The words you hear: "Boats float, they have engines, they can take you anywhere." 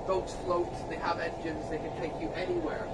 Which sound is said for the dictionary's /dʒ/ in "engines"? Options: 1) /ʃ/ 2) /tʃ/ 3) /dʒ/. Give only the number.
3